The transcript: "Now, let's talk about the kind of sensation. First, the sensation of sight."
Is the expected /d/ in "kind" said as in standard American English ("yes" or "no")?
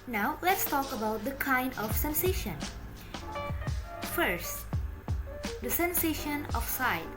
yes